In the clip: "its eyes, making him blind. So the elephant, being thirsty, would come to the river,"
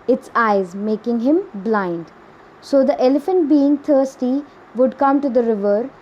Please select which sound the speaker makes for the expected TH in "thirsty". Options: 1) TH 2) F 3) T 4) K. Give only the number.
3